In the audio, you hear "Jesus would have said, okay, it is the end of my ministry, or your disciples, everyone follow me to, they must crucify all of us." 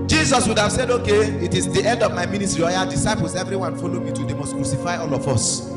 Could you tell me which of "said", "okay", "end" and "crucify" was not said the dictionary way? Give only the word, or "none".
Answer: none